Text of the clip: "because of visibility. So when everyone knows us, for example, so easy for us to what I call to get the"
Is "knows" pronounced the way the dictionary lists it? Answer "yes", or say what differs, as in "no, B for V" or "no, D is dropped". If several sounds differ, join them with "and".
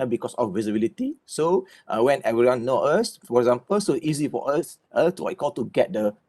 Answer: no, Z is dropped